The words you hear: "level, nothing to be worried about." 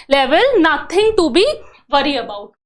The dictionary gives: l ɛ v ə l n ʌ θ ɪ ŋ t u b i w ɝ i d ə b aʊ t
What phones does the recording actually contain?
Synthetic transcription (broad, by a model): l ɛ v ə l n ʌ t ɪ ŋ t u b i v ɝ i ə b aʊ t